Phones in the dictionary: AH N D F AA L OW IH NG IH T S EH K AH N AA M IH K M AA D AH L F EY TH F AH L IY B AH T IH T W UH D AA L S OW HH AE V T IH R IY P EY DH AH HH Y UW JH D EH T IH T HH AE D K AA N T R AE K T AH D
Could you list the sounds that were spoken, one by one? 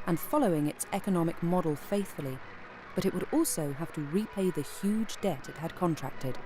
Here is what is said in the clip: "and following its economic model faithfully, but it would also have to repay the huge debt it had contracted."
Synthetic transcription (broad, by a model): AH N F AA L OW IH NG IH T S EH K AH N AA M IH K M AA D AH L F EY TH F AH L IY B AH T IH T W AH D AA L S OW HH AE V T IH R IY P EY DH AH HH Y UW JH D EH T IH T HH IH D K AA N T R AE K T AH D